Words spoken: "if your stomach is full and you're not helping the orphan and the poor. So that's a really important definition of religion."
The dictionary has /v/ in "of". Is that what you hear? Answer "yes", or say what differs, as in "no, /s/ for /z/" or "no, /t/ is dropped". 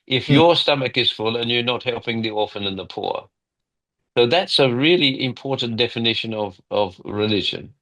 yes